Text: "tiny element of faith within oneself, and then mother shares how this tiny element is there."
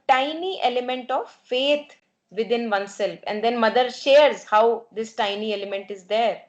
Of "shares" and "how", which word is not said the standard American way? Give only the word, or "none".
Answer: none